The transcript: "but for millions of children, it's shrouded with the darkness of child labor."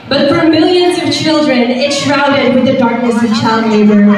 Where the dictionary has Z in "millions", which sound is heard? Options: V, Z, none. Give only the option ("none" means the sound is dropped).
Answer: Z